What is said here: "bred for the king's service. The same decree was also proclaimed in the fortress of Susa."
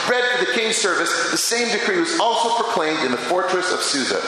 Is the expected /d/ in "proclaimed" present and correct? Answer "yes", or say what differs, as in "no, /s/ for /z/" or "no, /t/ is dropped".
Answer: yes